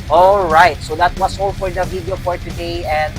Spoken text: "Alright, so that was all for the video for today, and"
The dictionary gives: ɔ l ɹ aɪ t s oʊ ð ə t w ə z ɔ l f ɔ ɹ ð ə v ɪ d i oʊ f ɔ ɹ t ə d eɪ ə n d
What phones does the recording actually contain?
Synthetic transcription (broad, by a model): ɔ l ɹ aɪ t s oʊ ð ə t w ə s ɔ l f ɔ ɹ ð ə v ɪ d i oʊ f ɔ ɹ t ə d eɪ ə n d